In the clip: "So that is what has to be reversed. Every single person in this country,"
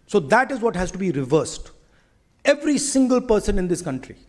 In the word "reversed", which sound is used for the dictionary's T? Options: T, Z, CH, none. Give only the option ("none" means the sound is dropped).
T